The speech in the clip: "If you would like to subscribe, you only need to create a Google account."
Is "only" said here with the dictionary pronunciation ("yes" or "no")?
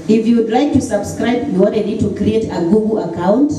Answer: no